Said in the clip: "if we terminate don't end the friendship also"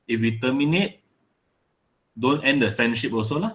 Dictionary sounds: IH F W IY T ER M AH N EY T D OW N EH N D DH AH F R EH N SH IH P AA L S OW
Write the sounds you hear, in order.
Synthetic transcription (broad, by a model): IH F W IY T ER M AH N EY T D OW N EH N D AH F R EH N SH IH P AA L S OW